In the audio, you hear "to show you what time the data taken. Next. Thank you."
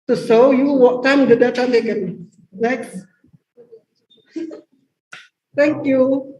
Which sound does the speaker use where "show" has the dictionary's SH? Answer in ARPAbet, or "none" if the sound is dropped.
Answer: S